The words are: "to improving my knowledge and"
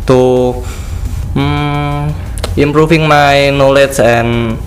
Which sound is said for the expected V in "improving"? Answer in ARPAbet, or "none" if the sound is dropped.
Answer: F